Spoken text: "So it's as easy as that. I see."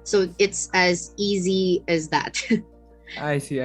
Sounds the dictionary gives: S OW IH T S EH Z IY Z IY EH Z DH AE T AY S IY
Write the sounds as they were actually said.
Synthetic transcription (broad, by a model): S OW IH T S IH Z IY Z IY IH Z DH AE T AY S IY